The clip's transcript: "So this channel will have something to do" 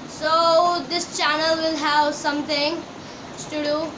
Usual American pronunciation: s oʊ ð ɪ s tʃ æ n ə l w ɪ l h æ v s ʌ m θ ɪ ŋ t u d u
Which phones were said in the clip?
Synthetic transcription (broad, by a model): s oʊ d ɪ s tʃ æ n ə l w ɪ l h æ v s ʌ m t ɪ ŋ t u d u